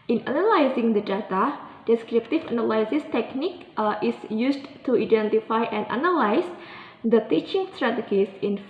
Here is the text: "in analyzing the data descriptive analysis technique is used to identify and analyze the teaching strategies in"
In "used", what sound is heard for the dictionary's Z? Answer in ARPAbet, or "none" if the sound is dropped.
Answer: S